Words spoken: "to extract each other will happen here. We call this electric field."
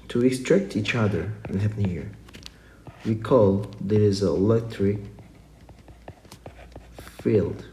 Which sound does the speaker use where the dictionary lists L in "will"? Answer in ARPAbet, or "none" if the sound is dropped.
N